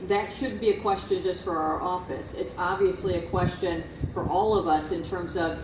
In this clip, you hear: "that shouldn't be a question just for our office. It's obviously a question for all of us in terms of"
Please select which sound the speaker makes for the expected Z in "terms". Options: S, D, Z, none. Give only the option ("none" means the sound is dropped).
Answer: Z